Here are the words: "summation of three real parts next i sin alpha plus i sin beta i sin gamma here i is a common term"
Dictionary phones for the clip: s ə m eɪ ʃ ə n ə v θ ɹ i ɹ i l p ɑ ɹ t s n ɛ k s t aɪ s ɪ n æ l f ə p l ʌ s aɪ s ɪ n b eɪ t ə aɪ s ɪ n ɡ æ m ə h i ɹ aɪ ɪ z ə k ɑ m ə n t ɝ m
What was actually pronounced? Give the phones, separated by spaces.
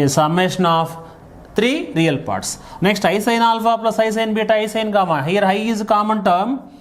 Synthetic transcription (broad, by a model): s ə m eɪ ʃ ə n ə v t ɹ i ɹ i l p ɑ ɹ t s n ɛ k s t aɪ s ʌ n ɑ l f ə p l ʌ s aɪ s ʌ n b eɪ t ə aɪ s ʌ n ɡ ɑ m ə h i ɹ aɪ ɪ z k ɑ m ə n t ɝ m